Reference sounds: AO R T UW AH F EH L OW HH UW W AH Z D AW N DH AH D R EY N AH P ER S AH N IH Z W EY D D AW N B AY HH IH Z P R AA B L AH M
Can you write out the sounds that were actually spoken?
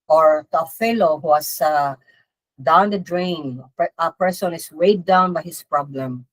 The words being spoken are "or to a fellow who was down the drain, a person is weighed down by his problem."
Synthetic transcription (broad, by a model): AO R T UW AH F EH L OW HH UW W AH S D AW N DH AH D R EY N AH P ER S AH N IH S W EY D D AW N B AY HH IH S P R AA B L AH M